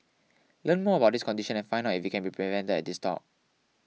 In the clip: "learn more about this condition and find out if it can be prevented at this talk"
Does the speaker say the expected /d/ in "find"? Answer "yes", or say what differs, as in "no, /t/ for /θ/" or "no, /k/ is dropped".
no, /d/ is dropped